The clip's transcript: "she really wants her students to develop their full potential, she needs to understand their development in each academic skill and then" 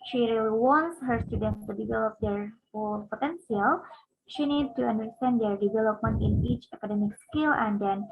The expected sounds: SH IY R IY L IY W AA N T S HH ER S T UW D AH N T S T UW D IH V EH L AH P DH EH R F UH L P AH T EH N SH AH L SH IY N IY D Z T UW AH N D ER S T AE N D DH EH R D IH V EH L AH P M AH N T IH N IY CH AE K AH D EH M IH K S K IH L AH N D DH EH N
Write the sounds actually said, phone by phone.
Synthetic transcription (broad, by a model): SH IY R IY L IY W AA N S HH ER S T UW D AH N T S T UW D IH V EH L AH P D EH R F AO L P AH T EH N S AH L SH IY N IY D T UW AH N D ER S T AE N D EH R D IH V EH L AH P M AH N T IH N IY CH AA K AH D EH M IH K S K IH L AH N D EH N